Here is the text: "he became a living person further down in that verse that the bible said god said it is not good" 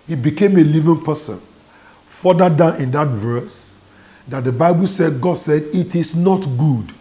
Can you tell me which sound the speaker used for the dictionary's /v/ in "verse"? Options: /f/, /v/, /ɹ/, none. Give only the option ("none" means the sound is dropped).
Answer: /v/